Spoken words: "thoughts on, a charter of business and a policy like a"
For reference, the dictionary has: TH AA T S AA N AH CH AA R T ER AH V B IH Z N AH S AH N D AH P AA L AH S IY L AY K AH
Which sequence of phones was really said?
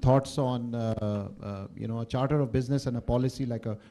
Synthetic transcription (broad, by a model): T AA T S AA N AH CH AA R T ER AH V B IH Z N AH S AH N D AH P AA L AH S IY L AY K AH